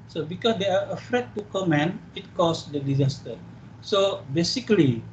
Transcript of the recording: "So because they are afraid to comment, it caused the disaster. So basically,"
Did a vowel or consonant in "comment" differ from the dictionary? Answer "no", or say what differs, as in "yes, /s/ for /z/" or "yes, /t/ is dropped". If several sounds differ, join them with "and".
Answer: yes, /t/ is dropped